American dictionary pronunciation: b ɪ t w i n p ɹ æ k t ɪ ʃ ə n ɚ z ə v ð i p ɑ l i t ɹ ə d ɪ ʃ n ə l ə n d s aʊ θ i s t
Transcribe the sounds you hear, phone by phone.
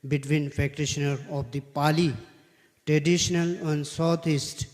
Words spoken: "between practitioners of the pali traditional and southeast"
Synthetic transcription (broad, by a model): b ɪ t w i n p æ k t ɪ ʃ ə n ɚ ə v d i p ɑ l i t ɹ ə d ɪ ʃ n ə l ə n d s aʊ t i s t